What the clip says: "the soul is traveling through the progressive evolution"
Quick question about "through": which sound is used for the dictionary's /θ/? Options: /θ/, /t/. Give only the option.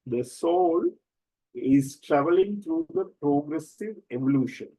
/t/